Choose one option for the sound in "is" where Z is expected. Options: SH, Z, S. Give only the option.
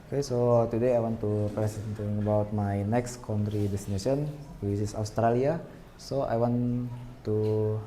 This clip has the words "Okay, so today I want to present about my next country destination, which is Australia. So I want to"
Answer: S